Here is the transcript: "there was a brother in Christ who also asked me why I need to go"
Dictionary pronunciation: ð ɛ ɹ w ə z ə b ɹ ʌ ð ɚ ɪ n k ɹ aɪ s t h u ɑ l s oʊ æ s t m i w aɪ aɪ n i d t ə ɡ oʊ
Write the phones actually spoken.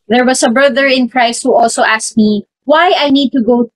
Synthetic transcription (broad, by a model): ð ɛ ɹ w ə s ə b ɹ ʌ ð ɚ ɪ n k ɹ aɪ s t h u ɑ l s oʊ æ s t m i w aɪ aɪ n i d t ə ɡ oʊ